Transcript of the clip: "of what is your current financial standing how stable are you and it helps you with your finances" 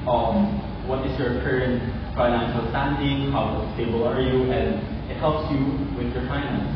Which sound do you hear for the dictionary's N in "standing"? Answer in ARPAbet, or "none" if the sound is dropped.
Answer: N